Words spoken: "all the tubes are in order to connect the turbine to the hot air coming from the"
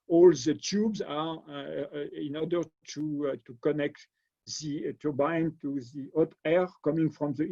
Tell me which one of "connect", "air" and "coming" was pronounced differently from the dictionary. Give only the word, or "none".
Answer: none